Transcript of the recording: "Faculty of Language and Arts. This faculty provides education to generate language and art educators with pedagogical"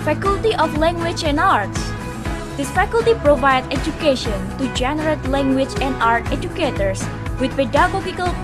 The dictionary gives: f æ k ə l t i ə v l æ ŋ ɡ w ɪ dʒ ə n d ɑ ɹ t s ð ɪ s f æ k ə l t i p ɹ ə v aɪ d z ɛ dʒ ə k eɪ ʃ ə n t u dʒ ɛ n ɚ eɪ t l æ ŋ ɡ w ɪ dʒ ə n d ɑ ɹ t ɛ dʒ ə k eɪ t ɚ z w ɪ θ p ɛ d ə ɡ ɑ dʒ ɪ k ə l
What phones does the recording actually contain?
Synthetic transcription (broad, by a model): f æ k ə l t i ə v l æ ŋ ɡ w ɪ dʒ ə n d ɑ ɹ t s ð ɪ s f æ k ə l t i p ɹ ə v aɪ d ɛ dʒ ə k eɪ ʃ ə n t u dʒ ɛ n ɚ eɪ t l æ ŋ ɡ w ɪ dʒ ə n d ɑ ɹ t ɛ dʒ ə k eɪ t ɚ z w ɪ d p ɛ d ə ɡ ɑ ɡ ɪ k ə l